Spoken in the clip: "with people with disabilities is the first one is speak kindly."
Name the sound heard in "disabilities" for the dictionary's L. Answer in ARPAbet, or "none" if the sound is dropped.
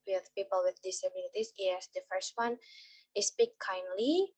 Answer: N